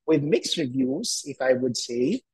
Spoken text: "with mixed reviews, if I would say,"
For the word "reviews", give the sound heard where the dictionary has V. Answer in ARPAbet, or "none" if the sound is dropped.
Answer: V